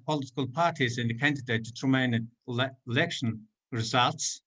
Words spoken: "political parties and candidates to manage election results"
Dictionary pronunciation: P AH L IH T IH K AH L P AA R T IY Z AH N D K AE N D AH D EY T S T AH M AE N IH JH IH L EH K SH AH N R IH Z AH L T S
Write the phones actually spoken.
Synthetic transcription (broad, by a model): P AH L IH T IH K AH L P AA R T IY Z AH N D K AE N D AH D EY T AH T AH M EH IH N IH L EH K SH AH N R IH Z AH L T S